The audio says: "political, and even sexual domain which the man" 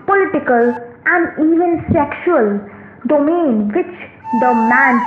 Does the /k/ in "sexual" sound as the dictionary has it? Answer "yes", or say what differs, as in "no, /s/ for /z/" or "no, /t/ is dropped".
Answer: yes